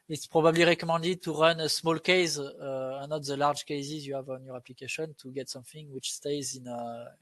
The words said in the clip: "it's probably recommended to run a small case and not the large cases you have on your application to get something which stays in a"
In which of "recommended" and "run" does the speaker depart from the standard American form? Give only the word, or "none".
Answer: recommended